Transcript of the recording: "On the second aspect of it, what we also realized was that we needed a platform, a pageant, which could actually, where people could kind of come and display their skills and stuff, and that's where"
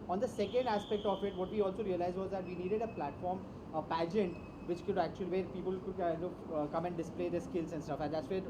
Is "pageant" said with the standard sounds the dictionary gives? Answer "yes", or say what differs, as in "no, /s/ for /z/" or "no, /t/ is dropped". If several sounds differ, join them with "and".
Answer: yes